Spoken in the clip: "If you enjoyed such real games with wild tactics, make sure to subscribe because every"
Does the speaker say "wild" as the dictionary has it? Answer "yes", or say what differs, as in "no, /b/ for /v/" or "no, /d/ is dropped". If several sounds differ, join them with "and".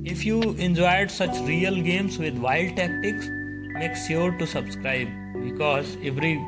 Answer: no, /l/ is dropped